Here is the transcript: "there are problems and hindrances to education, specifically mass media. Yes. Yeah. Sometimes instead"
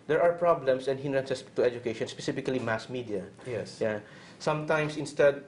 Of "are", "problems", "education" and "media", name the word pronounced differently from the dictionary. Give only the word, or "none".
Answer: problems